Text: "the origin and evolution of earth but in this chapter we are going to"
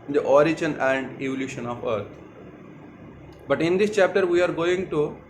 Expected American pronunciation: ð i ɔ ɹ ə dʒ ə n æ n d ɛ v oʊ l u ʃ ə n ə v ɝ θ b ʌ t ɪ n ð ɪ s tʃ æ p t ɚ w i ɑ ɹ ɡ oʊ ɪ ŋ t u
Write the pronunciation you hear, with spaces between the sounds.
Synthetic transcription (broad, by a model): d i ɔ ɹ ə dʒ ə n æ n d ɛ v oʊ l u ʃ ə n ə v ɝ t b ʌ t ɪ n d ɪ s tʃ æ p t ɚ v i ɑ ɹ ɡ oʊ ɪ ŋ t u